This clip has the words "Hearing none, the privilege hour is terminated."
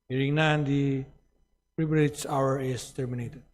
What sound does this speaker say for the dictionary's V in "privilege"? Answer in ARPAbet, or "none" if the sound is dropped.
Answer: B